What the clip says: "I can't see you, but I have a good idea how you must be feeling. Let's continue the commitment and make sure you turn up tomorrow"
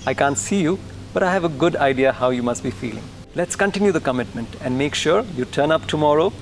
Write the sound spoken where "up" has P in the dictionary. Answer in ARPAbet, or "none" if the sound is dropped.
P